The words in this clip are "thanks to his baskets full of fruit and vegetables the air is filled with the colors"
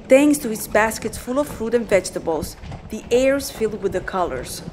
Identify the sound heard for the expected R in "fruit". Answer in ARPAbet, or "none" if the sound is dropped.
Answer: R